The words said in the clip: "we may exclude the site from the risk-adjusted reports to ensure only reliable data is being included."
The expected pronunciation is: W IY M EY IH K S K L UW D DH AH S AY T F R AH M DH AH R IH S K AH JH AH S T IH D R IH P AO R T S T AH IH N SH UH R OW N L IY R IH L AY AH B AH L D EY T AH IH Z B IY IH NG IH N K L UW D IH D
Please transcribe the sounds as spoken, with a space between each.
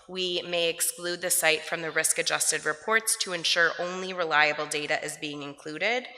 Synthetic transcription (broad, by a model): W IY M EY IH K S K L UW D DH AH S AY T F R AH M DH AH R IH S K AH JH AH S T IH D R IH P AO R T S T AH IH N SH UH R OW N L IY R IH L AY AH B L D EY T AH IH Z B IY IH NG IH N K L UW D IH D